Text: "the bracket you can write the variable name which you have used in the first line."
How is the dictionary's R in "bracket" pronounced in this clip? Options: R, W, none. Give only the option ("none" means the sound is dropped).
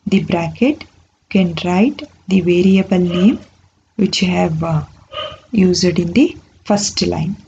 R